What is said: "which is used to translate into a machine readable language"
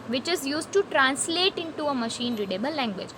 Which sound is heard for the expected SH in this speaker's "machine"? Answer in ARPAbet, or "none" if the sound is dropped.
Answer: SH